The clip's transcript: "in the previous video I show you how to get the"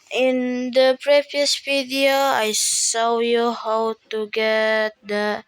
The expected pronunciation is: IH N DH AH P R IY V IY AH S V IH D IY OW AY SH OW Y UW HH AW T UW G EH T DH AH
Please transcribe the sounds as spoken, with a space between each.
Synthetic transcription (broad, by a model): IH N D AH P R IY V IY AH S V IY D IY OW AY S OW Y UW HH AW T UW G EH T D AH